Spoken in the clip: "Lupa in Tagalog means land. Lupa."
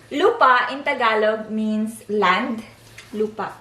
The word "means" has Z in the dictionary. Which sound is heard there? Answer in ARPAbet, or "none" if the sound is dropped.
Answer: S